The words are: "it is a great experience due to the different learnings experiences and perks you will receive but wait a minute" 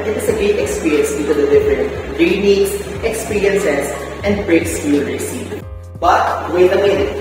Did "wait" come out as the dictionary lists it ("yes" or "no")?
no